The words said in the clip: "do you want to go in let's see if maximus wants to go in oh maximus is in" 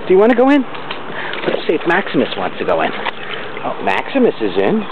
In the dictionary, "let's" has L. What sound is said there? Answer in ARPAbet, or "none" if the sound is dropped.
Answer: W